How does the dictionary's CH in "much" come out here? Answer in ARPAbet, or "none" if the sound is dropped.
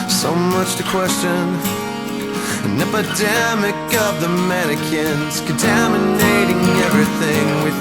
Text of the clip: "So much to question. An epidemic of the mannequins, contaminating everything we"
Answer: CH